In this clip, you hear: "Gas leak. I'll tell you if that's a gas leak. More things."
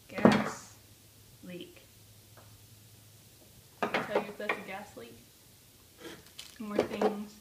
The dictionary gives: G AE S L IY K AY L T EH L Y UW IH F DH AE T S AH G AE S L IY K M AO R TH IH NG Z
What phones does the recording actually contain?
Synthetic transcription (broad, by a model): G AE S L IY K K N T EH L Y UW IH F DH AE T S AH G AE S L IY K M AO R TH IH NG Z